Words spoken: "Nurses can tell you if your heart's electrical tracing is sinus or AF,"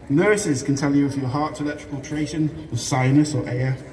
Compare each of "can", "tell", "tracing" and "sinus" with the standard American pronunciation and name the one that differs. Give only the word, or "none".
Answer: tracing